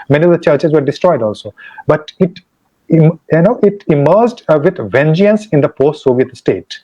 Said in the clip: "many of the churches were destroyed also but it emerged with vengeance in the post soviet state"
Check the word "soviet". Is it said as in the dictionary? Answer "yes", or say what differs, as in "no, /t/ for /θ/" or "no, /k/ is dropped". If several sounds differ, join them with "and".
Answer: yes